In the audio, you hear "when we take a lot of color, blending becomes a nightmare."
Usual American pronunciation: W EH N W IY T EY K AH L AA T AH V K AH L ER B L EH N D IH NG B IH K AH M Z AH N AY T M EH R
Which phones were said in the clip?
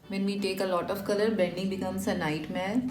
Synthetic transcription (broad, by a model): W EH N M IY T EY K AH L AA T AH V K AH L ER B EH N D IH NG B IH K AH M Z AH N AY T M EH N